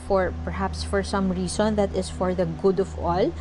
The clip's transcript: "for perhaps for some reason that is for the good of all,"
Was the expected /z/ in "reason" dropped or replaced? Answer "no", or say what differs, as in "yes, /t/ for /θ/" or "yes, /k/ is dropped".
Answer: yes, /s/ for /z/